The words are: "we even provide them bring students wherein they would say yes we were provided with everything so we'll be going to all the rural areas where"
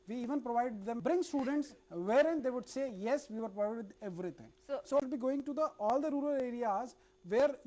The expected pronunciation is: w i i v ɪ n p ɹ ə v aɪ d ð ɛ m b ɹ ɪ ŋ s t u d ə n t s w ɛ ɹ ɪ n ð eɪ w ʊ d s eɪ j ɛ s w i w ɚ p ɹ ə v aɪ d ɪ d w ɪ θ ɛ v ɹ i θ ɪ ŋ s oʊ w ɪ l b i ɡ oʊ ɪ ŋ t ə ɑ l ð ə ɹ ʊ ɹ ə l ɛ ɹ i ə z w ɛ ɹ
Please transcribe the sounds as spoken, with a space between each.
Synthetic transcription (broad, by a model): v i i v ɪ n p ɹ ə v aɪ d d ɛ m b ɹ ɪ ŋ s t u d ə n t s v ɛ ɹ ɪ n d eɪ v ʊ d s eɪ j ɛ s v i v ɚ p ɹ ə ɪ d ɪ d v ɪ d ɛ v ɹ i t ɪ ŋ s oʊ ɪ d b i ɡ oʊ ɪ ŋ t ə ɑ l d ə ɹ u ɹ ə l ɛ ɹ i ə z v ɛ ɹ